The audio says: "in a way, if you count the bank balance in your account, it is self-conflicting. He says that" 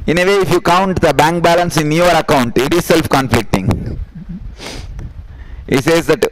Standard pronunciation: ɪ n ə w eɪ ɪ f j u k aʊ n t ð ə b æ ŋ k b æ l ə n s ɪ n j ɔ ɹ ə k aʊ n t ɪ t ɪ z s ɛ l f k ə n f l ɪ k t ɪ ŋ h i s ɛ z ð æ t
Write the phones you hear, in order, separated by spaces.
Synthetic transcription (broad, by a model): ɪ n ə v eɪ ɪ f j u k aʊ n t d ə b æ ŋ k b æ l ə n s ɪ n j ɔ ɹ ə k aʊ n t ɪ t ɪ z s ɛ l f k ə n f l ɪ k t ɪ ŋ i s ɛ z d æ t